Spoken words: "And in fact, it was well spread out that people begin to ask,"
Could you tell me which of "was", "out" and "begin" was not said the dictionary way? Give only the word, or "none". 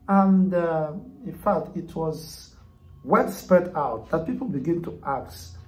none